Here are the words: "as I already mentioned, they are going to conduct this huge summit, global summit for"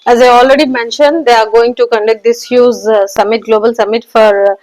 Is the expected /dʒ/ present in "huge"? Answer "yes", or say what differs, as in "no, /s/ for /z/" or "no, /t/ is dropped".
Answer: no, /z/ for /dʒ/